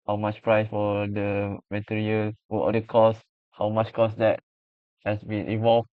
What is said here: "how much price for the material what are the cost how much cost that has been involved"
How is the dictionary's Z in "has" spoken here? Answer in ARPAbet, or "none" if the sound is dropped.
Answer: S